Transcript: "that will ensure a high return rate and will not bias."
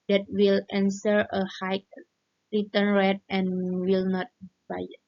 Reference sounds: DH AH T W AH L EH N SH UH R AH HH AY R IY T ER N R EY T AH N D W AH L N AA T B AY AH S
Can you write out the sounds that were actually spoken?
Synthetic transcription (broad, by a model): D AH T W AH L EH N S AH R AH HH AY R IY T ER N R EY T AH N W AH L N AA T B AY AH